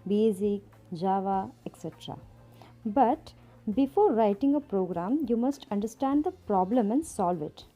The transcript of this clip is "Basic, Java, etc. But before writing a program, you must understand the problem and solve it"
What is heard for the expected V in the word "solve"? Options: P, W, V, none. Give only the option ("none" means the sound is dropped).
V